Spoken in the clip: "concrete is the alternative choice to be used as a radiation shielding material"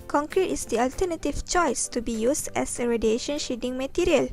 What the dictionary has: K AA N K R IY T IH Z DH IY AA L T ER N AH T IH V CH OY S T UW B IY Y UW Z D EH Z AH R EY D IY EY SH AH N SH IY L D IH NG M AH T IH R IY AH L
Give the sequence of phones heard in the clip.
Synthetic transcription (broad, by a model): K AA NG K R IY T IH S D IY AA L T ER N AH T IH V CH OY S T UW B IY Y UW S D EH S AH R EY D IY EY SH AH N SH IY D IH NG M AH T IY R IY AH L